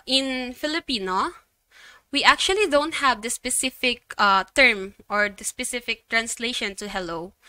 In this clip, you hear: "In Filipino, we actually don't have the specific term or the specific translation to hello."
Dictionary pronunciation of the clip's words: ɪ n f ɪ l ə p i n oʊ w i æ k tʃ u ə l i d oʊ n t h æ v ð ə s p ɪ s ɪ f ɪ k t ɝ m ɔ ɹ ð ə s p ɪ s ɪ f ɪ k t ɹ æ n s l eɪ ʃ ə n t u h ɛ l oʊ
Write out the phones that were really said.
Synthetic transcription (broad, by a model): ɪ n f ɪ l ə p i n oʊ w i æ k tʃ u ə l i d oʊ n t h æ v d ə s p ɪ s ɪ f ɪ k t ɝ m ɔ ɹ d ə s p ɪ s ɪ f ɪ k t ɹ æ n s l eɪ ʃ ə n t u h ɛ l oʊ